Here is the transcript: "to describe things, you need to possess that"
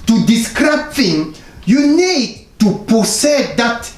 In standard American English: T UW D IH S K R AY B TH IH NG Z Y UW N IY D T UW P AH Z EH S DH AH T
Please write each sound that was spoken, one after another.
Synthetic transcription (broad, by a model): T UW D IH S K R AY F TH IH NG Y UW N IY D T UW P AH S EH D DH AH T